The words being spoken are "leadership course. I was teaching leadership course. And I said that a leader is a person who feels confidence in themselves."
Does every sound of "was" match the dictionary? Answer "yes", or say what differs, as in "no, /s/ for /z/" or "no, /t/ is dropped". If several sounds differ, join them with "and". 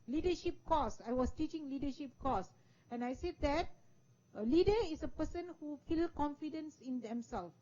no, /s/ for /z/